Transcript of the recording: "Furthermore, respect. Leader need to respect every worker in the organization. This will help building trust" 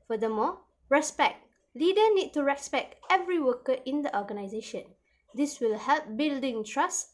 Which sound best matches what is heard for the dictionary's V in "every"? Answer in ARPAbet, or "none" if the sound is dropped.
V